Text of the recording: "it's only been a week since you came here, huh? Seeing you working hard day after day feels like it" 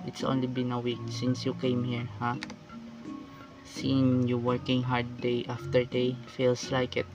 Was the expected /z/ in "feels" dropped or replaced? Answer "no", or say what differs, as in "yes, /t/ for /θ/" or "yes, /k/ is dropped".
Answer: yes, /s/ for /z/